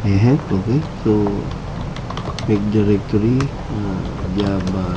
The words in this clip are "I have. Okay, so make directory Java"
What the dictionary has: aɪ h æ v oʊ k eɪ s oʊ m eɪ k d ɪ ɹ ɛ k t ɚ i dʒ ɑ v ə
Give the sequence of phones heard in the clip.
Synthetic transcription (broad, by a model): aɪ h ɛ p oʊ k eɪ s oʊ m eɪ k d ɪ ɹ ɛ k t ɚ i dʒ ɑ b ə